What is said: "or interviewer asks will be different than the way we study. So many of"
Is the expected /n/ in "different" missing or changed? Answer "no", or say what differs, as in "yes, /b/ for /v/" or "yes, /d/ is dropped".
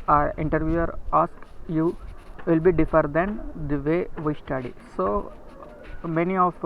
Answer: yes, /n/ is dropped